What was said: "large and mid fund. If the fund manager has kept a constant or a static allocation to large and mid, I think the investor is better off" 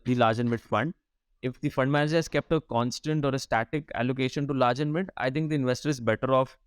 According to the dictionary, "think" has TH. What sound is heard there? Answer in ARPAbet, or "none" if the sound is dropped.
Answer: T